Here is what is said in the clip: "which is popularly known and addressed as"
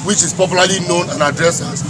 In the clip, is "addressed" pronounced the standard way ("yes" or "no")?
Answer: no